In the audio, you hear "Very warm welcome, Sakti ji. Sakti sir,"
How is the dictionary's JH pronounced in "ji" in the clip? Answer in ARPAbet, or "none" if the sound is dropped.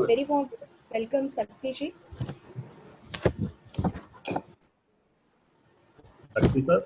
SH